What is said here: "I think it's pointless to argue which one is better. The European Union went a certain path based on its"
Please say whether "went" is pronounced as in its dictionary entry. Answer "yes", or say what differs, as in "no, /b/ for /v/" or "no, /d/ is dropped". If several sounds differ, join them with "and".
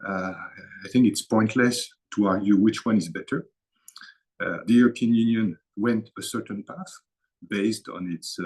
yes